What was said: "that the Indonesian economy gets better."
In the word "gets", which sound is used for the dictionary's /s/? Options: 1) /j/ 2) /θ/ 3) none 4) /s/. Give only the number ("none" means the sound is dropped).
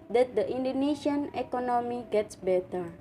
4